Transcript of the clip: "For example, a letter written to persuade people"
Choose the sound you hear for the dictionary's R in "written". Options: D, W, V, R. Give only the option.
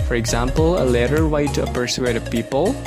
W